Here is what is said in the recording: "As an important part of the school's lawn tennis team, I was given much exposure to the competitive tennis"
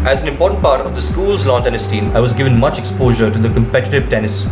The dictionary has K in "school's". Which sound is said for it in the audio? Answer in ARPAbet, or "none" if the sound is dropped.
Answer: K